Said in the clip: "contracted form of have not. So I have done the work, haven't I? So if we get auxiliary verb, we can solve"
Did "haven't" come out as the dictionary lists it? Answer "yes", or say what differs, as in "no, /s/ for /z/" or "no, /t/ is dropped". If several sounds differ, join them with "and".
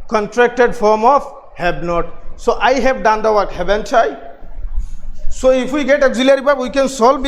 no, /b/ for /v/